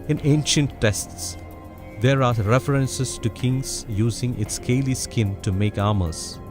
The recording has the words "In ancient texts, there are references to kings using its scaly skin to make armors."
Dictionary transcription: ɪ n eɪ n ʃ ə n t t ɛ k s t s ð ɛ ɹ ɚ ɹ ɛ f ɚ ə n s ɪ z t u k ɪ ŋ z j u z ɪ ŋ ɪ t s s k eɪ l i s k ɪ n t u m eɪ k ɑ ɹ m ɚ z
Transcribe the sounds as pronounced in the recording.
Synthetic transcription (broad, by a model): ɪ n eɪ n ʃ ə n t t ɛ s t s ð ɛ ɹ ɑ ɹ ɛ f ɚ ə n s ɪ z t u k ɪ ŋ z j u z ɪ ŋ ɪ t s s k eɪ l i s k ɪ n t u m eɪ k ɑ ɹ m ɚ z